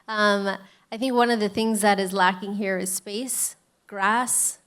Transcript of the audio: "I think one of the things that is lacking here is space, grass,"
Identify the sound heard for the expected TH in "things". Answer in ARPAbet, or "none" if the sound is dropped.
TH